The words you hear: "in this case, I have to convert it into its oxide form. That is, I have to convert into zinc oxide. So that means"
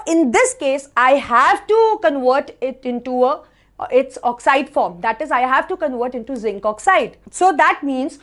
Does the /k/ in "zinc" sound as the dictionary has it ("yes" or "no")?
yes